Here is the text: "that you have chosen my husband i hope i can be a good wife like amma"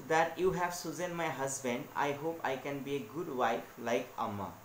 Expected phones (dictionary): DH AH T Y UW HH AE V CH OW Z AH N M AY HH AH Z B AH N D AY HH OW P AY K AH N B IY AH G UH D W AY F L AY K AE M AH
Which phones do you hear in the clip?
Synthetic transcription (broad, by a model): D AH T Y UW HH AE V S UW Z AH N M AY HH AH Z B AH N D AY HH OW P AY K AH N B IY AH G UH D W AY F L AY K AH M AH